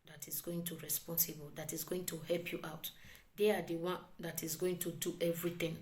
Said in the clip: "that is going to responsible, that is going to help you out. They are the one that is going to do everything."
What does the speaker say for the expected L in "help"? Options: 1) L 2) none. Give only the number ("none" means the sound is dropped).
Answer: 1